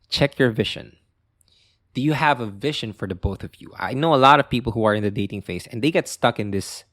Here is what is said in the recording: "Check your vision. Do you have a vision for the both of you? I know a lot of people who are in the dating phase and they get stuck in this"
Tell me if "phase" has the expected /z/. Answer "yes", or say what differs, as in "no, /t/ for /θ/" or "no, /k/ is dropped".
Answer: no, /s/ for /z/